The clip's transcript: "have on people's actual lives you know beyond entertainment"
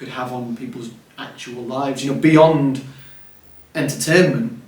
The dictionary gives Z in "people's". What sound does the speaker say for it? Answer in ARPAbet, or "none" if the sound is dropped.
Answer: Z